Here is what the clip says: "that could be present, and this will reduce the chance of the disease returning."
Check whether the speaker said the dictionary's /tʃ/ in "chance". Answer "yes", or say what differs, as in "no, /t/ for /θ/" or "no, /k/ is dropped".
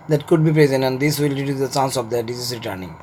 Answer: no, /s/ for /tʃ/